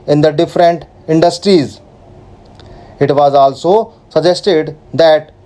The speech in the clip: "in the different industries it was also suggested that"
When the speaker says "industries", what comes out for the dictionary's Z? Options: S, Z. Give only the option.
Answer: Z